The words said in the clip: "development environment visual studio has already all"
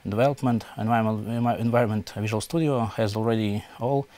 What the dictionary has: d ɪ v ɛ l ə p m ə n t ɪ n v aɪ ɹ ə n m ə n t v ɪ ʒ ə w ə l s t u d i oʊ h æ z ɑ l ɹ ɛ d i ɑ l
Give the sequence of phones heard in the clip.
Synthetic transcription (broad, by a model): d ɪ v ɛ l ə p m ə n t ɪ n v aɪ ɹ ə n m ə n t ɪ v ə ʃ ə l s t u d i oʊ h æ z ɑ l ɹ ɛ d i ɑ l